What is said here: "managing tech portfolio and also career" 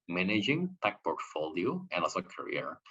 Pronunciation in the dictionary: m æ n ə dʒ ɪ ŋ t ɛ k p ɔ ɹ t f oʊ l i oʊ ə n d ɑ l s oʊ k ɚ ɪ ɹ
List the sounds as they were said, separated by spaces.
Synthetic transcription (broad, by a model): m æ n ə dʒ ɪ ŋ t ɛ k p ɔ ɹ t f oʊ l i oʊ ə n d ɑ s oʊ k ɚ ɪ ɹ